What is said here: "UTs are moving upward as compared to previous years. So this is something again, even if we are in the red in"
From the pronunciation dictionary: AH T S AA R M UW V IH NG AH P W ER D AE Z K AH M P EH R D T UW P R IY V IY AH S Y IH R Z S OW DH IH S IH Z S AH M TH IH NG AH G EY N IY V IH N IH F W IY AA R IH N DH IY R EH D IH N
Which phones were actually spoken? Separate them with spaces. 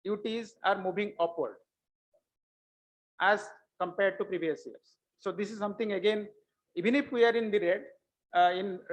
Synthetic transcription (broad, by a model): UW T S AA R M UW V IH NG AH P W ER D AE Z K AH M P EH R D T UW P R IY V IY AH S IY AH R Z S OW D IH S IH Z S AH M T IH NG AH G EY N IY V IH N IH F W IY AA R IH N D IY R EH D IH N